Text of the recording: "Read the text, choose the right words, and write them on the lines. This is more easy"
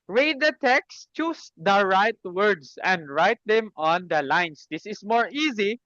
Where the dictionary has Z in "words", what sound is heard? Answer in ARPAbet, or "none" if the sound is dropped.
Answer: S